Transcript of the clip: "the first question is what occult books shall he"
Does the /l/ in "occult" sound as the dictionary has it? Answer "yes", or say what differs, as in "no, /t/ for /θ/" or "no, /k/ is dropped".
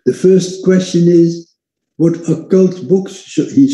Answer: yes